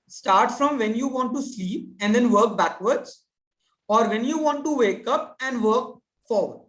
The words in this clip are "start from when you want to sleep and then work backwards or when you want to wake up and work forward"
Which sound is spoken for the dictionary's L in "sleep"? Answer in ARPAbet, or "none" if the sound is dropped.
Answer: L